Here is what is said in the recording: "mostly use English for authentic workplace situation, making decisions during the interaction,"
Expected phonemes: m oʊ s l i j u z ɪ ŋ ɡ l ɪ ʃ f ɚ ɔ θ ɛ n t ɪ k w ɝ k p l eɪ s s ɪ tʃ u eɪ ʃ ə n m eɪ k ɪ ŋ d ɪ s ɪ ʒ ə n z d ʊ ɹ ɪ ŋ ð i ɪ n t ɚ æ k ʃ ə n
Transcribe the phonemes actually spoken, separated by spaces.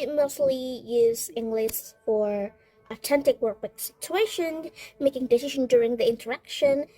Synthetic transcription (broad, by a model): m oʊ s l i j u z ɪ ŋ ɡ l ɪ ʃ f ɚ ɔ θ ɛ n t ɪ k w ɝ k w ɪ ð s ɪ tʃ u eɪ ʃ ə n m eɪ k ɪ ŋ d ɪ s ɪ ʒ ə n d ʊ ɹ ɪ ŋ ð i ɪ n t ɚ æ k ʃ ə n